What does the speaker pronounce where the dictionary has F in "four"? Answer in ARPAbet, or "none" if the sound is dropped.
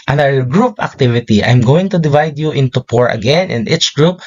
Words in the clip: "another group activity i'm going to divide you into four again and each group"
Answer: P